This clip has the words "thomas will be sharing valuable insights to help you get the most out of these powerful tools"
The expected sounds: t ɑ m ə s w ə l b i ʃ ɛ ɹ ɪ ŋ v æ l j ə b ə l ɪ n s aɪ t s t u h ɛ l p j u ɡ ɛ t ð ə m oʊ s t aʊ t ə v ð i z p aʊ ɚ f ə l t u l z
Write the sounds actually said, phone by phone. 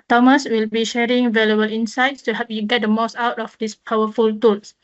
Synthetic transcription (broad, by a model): t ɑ m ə s w ə l b i ʃ ɛ ɹ ɪ ŋ v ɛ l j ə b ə l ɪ n s aɪ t s t u h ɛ p j u ɡ ɛ t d ə m oʊ s t aʊ t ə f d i s p aʊ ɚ f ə l t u l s